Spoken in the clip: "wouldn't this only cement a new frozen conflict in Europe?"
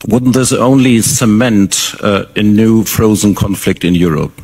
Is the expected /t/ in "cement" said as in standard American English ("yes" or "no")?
yes